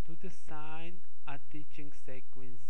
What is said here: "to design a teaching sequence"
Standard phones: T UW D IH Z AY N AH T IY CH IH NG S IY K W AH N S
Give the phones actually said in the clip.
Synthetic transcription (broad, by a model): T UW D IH S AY N AH T IY CH IH NG S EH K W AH N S